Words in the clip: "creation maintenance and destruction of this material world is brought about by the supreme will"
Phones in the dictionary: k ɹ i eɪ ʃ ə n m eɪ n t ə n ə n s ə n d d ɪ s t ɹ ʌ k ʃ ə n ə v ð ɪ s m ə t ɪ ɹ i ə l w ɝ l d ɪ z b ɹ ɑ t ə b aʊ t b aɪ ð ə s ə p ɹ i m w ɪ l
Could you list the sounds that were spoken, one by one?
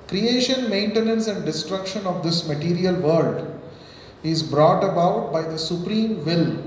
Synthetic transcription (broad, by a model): k ɹ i eɪ ʃ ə n m eɪ n t ə n ə n s ə n d d ɪ s t ɹ ʌ k ʃ ə n ə v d ɪ s m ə t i ɹ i ə l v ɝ l d ɪ z b ɹ ɑ t ə b aʊ t b aɪ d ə s ə p ɹ i m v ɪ l